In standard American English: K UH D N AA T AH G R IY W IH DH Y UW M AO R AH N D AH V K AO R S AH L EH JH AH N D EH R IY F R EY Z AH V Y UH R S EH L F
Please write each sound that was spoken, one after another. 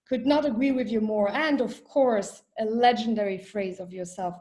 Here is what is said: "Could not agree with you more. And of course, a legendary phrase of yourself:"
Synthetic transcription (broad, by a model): K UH D N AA T AH G R IY W IH DH Y UW M AO R AH N D AH V K AO R S AH L EH JH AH N D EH R IY F R EY Z AH V Y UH R S EH L F